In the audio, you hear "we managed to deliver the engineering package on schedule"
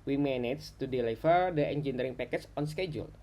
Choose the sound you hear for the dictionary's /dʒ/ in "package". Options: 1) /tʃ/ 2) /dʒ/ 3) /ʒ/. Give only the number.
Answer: 1